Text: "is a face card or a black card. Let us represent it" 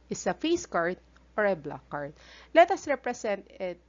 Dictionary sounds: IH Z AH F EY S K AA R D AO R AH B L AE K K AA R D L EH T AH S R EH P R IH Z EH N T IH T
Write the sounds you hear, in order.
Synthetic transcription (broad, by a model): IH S AH F EY S K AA R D AO R AH B L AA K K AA R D L EH T AH S R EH P R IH S EH N T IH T